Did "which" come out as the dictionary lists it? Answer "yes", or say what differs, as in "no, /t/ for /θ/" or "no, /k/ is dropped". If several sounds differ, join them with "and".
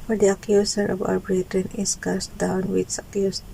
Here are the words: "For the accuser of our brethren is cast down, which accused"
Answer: no, /s/ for /tʃ/